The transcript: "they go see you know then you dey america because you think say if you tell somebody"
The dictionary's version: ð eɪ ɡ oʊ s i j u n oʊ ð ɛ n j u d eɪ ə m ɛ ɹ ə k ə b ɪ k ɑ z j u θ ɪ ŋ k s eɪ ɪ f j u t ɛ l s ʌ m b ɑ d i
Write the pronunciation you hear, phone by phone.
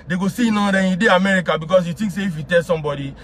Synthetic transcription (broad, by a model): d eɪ ɡ oʊ s i n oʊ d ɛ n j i d eɪ ə m ɛ ɹ ə k ə b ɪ k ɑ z j u t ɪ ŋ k s eɪ ɪ f j u t ɛ l s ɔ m b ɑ d i